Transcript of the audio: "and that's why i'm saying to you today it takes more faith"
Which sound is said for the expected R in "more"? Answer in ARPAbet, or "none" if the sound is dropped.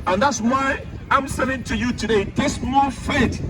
L